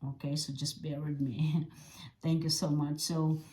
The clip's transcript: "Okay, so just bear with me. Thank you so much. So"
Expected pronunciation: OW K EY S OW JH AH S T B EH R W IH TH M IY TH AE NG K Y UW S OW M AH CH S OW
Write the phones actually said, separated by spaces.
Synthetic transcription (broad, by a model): OW K EY S OW JH AH S B EH R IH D M IY TH AE NG K Y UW S OW M AH CH S OW